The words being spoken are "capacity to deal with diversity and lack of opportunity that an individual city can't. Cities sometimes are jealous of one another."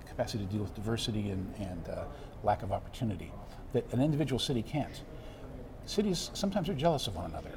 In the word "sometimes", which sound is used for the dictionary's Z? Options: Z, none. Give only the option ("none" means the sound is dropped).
Z